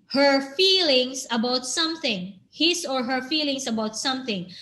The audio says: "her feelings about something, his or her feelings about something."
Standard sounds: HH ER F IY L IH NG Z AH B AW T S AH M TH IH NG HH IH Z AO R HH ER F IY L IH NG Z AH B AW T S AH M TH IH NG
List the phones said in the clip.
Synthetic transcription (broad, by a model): HH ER F IY L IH NG S AH B AW T S AH M TH IH NG HH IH S AO R HH ER F IY L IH NG S AH B AW T S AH M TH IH NG